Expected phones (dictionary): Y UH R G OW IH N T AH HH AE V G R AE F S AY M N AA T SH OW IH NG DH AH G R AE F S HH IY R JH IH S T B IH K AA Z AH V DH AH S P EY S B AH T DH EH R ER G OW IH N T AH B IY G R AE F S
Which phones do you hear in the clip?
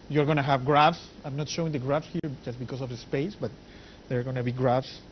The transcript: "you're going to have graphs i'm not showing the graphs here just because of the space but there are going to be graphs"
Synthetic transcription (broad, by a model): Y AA R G OW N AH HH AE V G R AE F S AY M N AA T SH OW IH NG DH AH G R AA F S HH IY R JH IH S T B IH K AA S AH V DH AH S P EY S B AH T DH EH R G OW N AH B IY G R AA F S